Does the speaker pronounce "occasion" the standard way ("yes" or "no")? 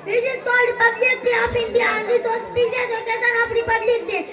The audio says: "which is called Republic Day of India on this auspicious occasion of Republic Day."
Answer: no